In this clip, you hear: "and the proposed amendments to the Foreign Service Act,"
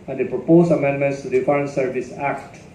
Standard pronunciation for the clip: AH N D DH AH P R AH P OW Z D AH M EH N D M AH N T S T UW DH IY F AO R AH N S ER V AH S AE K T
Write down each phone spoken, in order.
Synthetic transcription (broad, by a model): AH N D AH P R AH P OW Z AH M EH N D M AH N T S T UW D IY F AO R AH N S ER V AH S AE K T